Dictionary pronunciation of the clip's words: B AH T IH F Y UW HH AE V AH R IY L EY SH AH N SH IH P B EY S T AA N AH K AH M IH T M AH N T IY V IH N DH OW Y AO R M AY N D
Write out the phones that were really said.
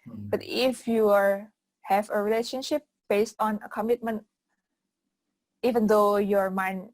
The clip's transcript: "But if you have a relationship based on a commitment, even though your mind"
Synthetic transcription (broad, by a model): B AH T IH F Y UW HH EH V AH R IY L EY SH AH N SH IH P B EY S T AA N AH K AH M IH T M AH N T IY V IH N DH OW Y AO R M AY N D